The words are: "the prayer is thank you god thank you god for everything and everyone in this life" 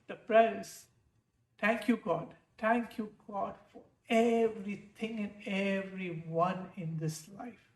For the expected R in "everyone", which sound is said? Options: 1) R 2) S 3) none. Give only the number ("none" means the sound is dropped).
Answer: 1